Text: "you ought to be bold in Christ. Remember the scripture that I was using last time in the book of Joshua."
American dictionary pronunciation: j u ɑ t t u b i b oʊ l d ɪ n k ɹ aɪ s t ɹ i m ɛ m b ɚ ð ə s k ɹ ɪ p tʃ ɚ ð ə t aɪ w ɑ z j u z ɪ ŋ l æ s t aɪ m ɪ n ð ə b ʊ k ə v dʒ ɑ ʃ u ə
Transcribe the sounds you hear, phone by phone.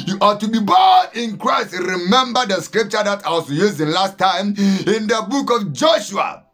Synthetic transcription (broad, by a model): j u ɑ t t u b i b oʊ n ɪ n k ɹ aɪ s t ɹ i m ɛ m b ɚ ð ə s k ɹ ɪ p tʃ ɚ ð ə t aɪ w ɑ s j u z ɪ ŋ l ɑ s t aɪ m ɪ n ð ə b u k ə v dʒ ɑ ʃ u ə